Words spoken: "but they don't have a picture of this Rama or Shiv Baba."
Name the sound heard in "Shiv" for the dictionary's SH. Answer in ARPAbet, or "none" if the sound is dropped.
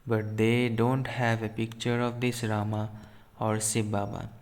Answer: S